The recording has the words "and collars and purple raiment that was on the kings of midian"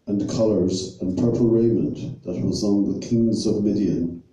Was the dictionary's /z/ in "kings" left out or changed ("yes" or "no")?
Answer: no